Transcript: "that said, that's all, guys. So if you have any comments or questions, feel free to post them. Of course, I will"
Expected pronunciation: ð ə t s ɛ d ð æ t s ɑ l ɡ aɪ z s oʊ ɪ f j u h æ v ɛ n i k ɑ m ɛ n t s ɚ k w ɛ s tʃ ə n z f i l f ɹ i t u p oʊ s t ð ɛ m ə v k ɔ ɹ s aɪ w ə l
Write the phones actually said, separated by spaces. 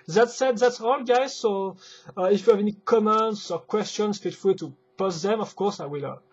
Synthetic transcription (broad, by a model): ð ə t s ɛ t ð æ t s ɑ l ɡ aɪ z s oʊ ɪ f j u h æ v ɛ n i k ɑ m ɛ n t s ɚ k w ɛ s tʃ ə n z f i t f l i t u p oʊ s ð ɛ m ə v k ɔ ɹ s aɪ w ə l